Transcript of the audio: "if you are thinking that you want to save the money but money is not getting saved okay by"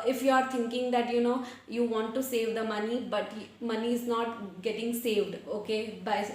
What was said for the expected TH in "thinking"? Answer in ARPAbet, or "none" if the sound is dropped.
T